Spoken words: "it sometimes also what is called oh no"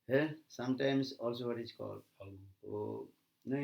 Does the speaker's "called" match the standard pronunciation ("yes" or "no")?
no